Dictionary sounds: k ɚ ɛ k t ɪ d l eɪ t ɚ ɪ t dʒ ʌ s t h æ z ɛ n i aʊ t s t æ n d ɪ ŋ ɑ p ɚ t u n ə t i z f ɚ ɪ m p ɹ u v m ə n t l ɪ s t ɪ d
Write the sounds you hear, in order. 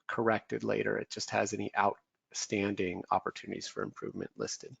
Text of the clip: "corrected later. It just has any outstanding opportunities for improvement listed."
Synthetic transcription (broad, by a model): k ɚ ɛ k t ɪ d l eɪ t ɚ ɪ t dʒ ʌ s t h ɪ z ɛ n i aʊ t s t æ n d ɪ ŋ ɑ p ɚ t u n ə t i z f ɚ ɪ m p ɹ u v m ə n t l ɪ s t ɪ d